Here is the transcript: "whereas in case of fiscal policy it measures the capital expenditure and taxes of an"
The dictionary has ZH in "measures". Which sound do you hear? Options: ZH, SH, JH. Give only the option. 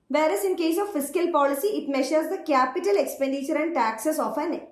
SH